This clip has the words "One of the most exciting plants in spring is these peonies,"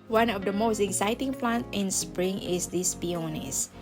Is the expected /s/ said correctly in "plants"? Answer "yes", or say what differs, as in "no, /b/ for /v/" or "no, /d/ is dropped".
no, /s/ is dropped